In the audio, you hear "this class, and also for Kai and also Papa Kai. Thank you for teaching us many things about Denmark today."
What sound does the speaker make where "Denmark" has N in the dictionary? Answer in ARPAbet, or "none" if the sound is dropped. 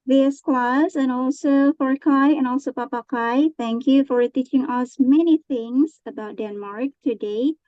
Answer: N